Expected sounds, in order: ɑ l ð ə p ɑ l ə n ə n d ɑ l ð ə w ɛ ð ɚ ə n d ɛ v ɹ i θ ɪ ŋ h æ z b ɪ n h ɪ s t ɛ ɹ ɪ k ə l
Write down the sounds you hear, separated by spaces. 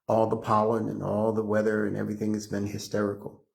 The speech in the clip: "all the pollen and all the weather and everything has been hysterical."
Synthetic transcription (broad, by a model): ɑ l ð ə p ɑ l ə n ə n ɑ l ð ə w ɛ ð ɚ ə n ɛ v ɹ i θ ɪ ŋ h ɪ z b ɪ n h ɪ s t ɛ ɹ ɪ k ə l